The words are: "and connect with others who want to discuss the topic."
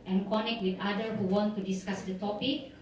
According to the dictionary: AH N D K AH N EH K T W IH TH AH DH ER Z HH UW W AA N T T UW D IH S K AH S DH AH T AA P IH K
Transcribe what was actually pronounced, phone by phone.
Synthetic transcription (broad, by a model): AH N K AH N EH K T W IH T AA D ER HH UW W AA N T T UW D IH S K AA S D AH T AA P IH K